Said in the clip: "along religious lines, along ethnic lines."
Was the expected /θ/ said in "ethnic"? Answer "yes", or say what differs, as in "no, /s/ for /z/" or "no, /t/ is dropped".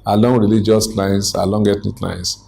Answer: no, /t/ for /θ/